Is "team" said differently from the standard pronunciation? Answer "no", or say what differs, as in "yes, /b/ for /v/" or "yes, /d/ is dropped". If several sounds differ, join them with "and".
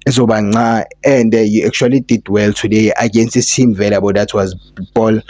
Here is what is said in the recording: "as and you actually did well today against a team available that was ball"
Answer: yes, /s/ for /t/